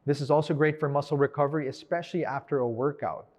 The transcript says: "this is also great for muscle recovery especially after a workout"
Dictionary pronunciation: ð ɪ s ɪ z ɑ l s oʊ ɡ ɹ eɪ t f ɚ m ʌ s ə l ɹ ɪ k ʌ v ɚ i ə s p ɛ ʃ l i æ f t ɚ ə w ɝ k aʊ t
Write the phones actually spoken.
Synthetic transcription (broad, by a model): ð ɪ s ɪ z ɑ l s oʊ ɡ ɹ eɪ t f ɚ m ʌ s l ɹ ɪ k ʌ v ɚ i ə s p ɛ ʃ l i æ f t ɚ ə w ɝ k aʊ t